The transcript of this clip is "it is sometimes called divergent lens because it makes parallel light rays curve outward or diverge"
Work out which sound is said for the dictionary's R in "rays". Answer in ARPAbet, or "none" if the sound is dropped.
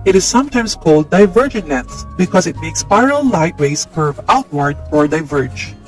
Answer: W